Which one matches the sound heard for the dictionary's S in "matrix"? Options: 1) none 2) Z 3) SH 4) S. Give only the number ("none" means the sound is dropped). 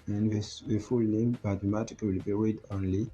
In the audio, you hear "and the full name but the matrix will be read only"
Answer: 1